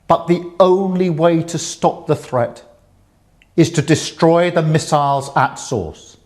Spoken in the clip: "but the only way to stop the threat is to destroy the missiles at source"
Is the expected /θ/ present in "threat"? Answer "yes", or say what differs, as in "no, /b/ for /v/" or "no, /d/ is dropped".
yes